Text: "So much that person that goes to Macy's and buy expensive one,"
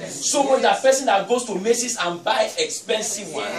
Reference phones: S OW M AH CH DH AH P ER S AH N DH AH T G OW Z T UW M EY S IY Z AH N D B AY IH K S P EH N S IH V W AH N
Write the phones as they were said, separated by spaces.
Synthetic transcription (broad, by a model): S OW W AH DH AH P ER S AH N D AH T G OW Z T UW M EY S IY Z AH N B AY IH K S P EH N S IH V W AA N